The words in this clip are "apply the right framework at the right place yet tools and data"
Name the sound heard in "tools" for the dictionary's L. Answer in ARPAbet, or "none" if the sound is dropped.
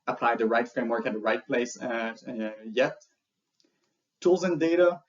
L